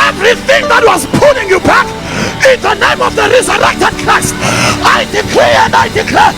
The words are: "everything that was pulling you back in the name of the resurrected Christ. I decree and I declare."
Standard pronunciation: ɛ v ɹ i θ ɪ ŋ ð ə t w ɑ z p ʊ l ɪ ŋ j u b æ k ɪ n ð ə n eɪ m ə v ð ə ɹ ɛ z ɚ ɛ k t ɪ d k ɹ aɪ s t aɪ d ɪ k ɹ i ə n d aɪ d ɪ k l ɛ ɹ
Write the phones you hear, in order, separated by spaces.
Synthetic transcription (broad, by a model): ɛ v ɹ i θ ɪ ŋ ð ə t w ɑ z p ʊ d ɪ ŋ j u b æ k ɪ n ð ə n eɪ m ə v ð ə ɹ ɛ z ɚ ɛ k t ɪ d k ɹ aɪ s aɪ d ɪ k l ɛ ə n d aɪ d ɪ k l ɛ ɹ